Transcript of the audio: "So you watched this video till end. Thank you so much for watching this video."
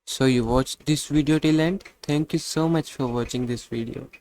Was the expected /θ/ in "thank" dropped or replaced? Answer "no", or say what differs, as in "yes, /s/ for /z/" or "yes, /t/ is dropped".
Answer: yes, /t/ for /θ/